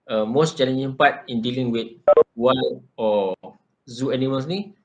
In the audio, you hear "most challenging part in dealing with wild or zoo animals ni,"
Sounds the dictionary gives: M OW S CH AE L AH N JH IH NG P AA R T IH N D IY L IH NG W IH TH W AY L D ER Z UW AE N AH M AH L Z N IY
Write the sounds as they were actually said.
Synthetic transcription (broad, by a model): M OW S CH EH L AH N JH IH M P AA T IH N D IY L IH NG W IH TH W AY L AO Z UW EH N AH M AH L S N IY